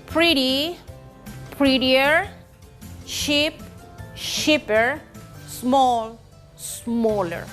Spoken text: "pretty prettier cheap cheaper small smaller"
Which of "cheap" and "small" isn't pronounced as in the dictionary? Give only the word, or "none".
cheap